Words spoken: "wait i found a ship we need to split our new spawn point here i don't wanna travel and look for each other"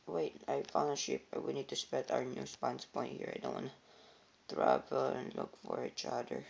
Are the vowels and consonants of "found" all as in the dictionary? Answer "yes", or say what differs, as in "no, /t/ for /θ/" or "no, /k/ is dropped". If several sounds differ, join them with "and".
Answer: no, /d/ is dropped